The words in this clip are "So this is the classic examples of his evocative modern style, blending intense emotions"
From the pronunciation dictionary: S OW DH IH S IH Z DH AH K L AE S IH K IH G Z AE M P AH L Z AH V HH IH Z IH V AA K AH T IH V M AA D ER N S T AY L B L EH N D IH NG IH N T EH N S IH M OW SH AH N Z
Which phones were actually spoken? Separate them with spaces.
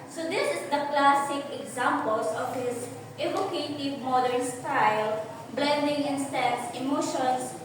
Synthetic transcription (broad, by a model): S OW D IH S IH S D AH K L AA S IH K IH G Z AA M P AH L S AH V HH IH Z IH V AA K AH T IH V M AA D ER N S T AY L B L EH N D IH NG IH N S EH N S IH M OW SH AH N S